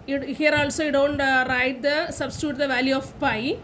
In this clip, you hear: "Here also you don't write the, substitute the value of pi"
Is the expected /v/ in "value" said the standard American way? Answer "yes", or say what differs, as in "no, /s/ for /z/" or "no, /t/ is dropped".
yes